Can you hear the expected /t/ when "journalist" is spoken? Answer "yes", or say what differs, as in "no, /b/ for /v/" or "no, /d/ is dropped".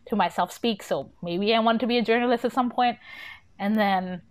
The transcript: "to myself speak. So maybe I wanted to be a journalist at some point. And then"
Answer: yes